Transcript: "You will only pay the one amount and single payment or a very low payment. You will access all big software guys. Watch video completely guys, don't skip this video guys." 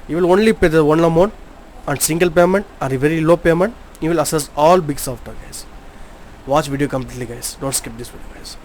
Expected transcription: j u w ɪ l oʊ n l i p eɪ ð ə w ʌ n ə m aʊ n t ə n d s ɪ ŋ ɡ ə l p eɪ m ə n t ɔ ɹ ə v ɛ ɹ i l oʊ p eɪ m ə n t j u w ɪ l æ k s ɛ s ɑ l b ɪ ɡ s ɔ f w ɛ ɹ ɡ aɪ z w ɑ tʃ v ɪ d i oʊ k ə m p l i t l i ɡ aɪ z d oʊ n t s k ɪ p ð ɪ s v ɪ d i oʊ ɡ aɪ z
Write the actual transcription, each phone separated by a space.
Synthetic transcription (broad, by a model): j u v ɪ l oʊ n l i p eɪ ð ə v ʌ n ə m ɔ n ə n d s ɪ ŋ ɡ ə l p eɪ m ə n t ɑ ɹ ə v ɛ ɹ i l oʊ p eɪ m ə n t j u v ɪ l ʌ s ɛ s ɑ l b ɪ ɡ s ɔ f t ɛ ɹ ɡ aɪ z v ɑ tʃ v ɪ d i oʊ k ə m p l i t l i ɡ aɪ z d oʊ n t s k ɪ p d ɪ s v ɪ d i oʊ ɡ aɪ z